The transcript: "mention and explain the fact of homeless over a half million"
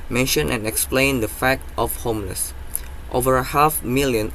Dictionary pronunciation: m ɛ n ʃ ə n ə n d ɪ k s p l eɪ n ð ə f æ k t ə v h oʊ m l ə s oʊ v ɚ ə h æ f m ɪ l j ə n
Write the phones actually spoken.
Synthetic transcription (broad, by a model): m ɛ n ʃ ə n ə n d ɪ k s p l eɪ n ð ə f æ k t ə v h oʊ m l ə s oʊ v ɚ ə h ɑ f m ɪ l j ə n